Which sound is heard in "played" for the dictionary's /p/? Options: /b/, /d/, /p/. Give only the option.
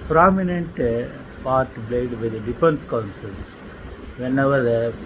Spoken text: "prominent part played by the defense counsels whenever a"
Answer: /b/